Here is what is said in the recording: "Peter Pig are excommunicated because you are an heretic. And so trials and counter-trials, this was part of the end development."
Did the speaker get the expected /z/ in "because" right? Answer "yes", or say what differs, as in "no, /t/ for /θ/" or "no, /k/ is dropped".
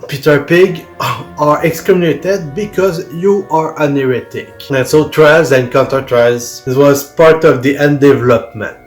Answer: yes